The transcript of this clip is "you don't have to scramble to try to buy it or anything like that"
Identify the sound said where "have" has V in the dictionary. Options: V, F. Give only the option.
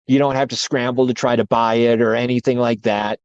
F